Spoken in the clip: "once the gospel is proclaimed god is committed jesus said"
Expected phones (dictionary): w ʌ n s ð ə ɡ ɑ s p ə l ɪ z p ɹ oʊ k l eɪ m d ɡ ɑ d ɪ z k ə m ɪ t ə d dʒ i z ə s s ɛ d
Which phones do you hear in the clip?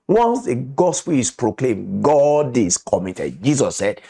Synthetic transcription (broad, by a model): w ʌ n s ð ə ɡ ɑ s p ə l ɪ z p ɹ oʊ k l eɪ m ɡ ɑ d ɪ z k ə m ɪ t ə d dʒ i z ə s s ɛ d